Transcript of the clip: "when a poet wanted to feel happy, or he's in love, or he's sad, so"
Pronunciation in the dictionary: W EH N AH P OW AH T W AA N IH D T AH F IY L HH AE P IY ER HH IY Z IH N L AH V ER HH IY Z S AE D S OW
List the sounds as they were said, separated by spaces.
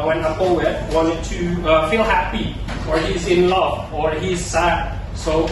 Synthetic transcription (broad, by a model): W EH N AH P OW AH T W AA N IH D T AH F IY L HH AE P IY ER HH IY Z IH N L AH V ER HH IY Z S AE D S OW